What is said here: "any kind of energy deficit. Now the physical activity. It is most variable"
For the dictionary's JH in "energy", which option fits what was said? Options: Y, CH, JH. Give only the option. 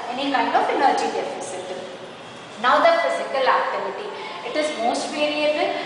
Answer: JH